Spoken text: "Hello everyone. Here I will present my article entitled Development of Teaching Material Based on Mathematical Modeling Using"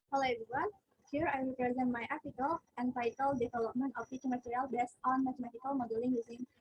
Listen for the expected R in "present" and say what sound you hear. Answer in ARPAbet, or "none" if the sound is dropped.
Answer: R